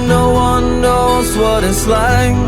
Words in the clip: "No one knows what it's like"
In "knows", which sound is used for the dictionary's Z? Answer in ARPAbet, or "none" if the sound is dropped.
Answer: Z